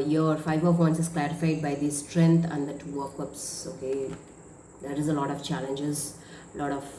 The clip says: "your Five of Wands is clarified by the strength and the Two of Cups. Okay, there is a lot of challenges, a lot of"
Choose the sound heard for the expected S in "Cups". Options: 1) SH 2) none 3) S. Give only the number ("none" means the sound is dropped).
3